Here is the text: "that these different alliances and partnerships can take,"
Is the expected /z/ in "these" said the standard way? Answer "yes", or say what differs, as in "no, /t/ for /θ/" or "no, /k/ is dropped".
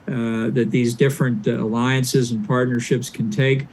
yes